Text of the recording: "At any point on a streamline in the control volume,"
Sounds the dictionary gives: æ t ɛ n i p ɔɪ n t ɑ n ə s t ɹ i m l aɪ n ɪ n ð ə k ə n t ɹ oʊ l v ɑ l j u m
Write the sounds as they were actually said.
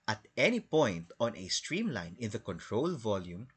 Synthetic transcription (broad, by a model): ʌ t ɛ n i p ɔɪ n t ɑ n ə s t ɹ i m l aɪ n ɪ n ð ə k ə n t ɹ oʊ l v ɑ l j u m